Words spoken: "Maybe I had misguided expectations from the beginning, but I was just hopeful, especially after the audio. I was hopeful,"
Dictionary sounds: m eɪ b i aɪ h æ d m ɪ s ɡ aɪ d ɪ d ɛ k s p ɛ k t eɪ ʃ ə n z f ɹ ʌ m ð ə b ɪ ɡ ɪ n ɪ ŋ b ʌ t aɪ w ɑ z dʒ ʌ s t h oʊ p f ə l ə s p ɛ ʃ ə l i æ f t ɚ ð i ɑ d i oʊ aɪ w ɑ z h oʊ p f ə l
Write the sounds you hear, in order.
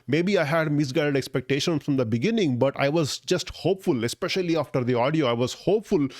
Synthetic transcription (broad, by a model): m eɪ b i aɪ h æ d m ɪ s ɡ aɪ d ɪ d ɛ k s p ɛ k t eɪ ʃ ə n f ɹ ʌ m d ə b ɪ ɡ ɪ n ɪ ŋ b ʌ t aɪ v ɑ z dʒ ʌ s t h oʊ p f ə l ə s p ɛ ʃ ə l i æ f t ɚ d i ɑ d i oʊ aɪ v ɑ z h oʊ p f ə l